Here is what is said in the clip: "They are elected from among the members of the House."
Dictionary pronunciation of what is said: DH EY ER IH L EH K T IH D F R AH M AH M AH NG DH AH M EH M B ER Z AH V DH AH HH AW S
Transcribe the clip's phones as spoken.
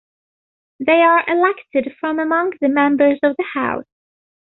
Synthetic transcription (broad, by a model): DH EY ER IH L EH K T IH D F R AH M AH M AH NG DH AH M EH M B ER Z AH V DH AH HH AW S